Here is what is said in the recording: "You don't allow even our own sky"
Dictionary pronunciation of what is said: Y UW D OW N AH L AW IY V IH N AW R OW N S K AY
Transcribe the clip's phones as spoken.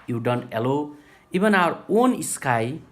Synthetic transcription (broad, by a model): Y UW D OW N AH L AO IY B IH N AW R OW N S K AY